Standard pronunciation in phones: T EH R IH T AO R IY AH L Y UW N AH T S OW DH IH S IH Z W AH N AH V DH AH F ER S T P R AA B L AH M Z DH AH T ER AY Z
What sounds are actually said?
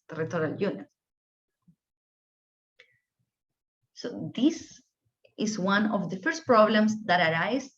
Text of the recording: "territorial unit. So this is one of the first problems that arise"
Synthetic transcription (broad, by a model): T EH R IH T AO R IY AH L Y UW N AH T S OW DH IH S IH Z W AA N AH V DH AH F ER S T P R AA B L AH M S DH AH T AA AY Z